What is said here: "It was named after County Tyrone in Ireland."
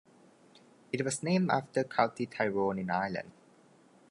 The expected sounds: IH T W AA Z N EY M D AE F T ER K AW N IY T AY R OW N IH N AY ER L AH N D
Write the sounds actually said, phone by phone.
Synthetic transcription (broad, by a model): IH T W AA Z N EY M AE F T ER K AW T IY T AY R OW N IH N AY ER L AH N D